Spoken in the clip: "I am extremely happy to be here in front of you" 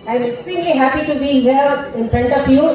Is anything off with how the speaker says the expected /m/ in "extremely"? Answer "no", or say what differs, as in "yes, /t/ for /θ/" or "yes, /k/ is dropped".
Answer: yes, /m/ is dropped